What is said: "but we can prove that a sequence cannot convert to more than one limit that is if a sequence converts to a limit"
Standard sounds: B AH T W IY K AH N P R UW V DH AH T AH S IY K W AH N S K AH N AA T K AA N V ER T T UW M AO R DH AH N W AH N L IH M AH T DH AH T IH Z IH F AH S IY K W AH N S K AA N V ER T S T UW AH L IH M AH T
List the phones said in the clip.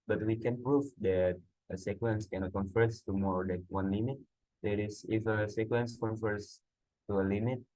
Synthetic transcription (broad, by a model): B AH T W IY K AH N P R UW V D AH T AH S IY K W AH N S K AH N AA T K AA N F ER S T UW M AO R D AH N W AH N L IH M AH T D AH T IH S IH F AH S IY K W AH N S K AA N F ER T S T UW AH L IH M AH T